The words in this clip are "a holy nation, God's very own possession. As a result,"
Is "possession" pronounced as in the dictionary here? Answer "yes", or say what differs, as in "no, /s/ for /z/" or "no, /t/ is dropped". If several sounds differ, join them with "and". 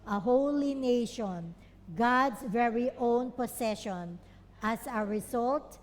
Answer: no, /s/ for /z/